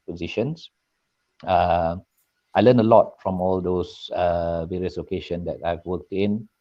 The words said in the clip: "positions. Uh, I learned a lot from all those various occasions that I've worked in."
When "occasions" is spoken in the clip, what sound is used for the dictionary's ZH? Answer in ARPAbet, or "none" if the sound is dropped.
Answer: SH